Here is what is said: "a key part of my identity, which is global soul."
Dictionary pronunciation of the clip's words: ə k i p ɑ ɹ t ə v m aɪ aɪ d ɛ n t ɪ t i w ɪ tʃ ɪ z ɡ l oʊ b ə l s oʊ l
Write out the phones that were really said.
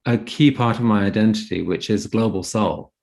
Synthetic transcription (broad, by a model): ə k i p ɑ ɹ t ə v m aɪ aɪ d ɛ n t ɪ t i w ɪ tʃ ɪ z ɡ l oʊ b ə l s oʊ l